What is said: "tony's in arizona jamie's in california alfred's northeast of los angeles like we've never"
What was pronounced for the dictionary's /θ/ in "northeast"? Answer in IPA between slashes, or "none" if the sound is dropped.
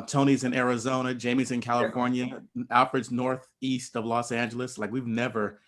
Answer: /θ/